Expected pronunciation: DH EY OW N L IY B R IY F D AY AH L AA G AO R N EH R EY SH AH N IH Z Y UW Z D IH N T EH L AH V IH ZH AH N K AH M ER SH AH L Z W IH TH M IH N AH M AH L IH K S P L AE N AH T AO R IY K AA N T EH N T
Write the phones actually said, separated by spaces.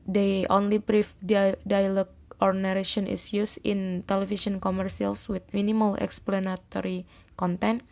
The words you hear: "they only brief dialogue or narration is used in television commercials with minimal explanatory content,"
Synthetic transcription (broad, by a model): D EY OW N L IY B R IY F D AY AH L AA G AO R N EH R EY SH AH N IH S Y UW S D IH N T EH L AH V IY S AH N K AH M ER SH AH L S W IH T M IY N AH M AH L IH K S P L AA N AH T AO R IY K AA N T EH N